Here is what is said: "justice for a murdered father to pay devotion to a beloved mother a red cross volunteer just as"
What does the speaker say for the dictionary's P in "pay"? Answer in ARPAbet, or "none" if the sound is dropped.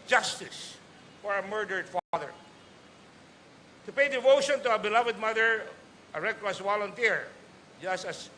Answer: P